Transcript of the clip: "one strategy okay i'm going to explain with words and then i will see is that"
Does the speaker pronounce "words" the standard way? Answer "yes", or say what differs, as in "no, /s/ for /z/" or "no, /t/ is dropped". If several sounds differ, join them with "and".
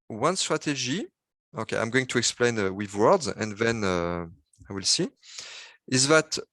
yes